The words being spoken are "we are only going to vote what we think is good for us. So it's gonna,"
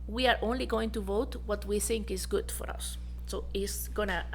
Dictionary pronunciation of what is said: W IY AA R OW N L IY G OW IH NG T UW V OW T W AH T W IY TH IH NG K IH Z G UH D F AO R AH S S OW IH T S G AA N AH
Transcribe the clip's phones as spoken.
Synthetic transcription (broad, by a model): W IY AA R OW N L IY G OW IH NG T UW V OW T W AH T W IY TH IH NG K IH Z G UH D F AO R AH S S OW IH T S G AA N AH